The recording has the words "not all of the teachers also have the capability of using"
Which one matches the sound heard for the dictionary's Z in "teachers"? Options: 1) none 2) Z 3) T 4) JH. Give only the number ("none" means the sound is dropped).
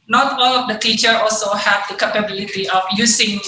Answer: 1